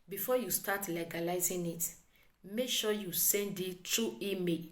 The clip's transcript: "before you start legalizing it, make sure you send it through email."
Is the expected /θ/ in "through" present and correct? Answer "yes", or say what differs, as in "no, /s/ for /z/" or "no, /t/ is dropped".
no, /t/ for /θ/